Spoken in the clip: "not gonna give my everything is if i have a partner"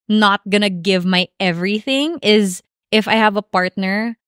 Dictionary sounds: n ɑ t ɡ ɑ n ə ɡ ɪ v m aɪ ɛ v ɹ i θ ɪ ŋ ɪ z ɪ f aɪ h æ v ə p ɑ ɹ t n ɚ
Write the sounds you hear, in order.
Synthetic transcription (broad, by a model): n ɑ t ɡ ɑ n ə ɡ ɪ v m aɪ ɛ v ɹ i θ ɪ ŋ ɪ z ɪ f aɪ h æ v ə p ɑ ɹ t n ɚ